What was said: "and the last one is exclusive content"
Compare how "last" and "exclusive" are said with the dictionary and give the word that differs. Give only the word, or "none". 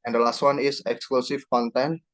exclusive